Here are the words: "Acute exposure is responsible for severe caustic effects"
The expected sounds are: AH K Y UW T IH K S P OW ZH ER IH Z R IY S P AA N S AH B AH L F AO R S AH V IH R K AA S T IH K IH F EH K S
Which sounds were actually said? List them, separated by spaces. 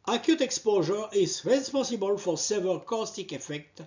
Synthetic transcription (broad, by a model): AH K Y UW T IH K S P OW ZH ER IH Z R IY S P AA S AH B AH L F AO R S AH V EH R K AA S T IH K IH F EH K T